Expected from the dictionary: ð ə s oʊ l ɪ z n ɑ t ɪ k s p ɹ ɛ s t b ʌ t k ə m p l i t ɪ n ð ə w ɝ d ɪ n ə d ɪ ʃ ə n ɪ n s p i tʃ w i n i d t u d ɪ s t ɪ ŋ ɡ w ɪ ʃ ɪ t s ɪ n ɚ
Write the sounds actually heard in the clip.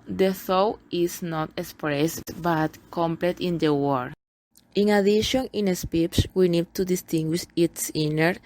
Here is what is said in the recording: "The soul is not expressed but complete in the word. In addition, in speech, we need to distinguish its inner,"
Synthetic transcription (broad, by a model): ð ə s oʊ w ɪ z n ɑ t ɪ k s p ɹ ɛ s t b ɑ t k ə m p l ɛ t ɪ n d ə w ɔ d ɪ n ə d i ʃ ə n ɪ n s p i s w i n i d t u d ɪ s t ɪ ŋ ɡ w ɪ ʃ ɪ t s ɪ n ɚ